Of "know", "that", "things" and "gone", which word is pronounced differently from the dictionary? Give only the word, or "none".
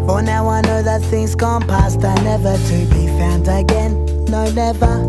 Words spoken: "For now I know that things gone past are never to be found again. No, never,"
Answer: none